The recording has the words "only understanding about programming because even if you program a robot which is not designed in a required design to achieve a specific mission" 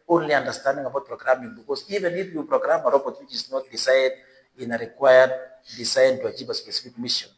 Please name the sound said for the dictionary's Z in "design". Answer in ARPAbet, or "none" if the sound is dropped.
S